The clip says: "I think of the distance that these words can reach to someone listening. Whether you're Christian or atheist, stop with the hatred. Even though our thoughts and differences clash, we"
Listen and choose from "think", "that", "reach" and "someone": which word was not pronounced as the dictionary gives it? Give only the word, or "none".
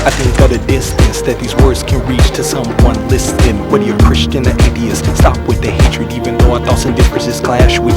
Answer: none